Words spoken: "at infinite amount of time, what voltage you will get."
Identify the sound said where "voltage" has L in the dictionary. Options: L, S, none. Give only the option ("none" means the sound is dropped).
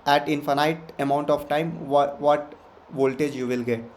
L